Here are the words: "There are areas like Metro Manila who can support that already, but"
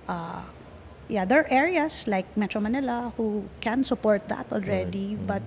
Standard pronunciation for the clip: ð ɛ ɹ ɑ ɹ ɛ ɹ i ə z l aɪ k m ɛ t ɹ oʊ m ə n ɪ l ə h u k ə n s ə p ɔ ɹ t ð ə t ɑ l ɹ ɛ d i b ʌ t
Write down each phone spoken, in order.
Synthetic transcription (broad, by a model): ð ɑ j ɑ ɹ ɛ ɹ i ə s l aɪ k m ɛ t ɹ oʊ m ə n ɪ l ə h u k ə n s ə p ɔ ɹ t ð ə t ɑ l ɹ ɛ d i b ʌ t